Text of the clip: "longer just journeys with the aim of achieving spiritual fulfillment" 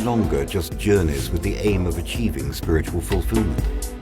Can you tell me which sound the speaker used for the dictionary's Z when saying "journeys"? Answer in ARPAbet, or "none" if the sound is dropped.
Z